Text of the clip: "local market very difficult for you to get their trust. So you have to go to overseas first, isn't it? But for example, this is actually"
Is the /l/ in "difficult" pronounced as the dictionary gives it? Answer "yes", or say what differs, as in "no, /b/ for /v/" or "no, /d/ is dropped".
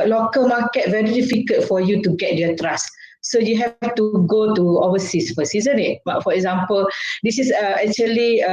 no, /l/ is dropped